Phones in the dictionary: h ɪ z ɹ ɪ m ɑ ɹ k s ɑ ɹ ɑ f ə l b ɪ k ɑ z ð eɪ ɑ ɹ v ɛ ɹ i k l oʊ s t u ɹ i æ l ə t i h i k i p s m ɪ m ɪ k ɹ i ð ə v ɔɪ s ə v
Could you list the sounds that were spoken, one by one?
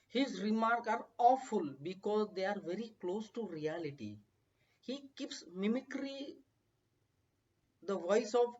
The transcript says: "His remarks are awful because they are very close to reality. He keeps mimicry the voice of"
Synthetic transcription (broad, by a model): h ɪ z ɹ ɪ m ɑ ɹ k ɑ ɹ ɑ f ə l b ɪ k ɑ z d eɪ ɑ ɹ v ɛ ɹ i k l oʊ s t u ɹ i æ l ə t i h i k i p s m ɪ m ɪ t ɹ i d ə v ɔɪ s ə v